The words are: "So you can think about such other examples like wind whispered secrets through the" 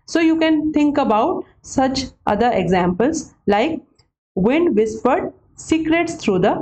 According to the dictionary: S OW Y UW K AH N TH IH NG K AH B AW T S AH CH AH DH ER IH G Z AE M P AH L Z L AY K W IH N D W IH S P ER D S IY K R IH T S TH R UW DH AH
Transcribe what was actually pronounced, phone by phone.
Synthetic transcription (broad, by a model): S OW Y UW K AH N T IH NG K AH B AW T S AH CH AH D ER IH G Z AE M P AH L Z L AY K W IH N D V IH S P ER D S IY K R IH T S T R UW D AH